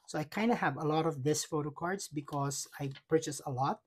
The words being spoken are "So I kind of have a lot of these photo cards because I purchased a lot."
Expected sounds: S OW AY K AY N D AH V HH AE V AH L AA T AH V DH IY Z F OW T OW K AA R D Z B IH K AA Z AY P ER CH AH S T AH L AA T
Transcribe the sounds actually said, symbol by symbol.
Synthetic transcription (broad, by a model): S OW AY K AY N D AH HH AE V AH L AA T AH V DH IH S F OW T OW K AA R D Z B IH K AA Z AY P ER CH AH S AH L AA T